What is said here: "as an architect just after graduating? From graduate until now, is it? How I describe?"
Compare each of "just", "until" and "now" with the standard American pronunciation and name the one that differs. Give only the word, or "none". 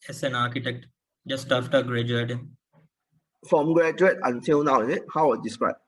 until